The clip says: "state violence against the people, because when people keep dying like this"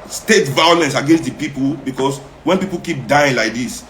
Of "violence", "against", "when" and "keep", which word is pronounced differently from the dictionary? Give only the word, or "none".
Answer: none